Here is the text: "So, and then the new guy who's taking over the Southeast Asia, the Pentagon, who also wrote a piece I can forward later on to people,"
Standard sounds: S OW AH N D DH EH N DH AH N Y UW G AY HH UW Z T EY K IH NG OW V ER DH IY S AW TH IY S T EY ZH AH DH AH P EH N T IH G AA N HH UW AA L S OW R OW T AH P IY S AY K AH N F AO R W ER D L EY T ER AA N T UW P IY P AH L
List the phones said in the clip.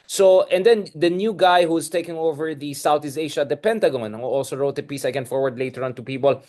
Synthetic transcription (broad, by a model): S OW AH N D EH N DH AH N Y UW G AY HH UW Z T EY K IH NG OW V ER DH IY S AW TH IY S EY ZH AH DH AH P EH N T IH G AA N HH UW AA L S OW R OW T AH P IY S AY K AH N F AO R W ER D L EY T ER AA N T UW P IY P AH L